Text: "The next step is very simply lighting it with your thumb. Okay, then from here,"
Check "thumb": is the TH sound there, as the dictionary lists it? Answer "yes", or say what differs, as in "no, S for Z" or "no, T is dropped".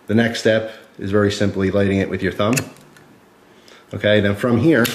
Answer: yes